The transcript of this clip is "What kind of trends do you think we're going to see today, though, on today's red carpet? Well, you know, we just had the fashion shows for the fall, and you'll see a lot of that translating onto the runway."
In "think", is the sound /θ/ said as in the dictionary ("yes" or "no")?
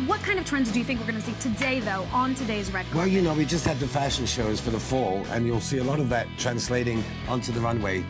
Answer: yes